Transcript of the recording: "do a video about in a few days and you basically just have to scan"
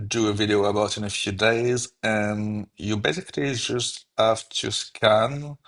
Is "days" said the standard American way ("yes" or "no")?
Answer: yes